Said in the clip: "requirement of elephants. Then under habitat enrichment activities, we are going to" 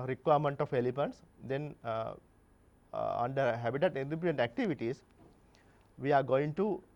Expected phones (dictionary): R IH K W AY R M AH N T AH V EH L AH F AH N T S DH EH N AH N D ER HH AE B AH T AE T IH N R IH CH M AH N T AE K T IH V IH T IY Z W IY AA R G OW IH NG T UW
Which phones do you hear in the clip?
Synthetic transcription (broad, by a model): R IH K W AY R M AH N T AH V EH L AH P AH N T S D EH N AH N D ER HH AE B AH T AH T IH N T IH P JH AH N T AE K T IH V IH T IY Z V IY AA R G OW IH NG T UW